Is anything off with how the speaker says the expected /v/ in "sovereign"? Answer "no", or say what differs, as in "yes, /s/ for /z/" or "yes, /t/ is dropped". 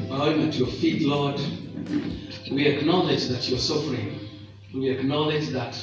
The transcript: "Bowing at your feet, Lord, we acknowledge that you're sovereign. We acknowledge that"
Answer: yes, /f/ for /v/